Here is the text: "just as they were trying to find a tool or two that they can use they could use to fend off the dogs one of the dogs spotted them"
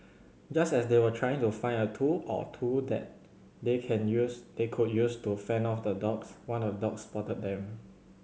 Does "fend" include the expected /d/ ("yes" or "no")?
no